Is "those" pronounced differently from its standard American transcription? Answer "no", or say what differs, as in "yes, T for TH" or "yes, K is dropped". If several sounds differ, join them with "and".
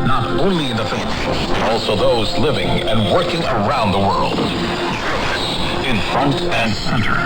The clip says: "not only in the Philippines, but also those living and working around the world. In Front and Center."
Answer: no